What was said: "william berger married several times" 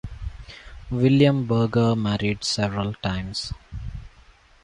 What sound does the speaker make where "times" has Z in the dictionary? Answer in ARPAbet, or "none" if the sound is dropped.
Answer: S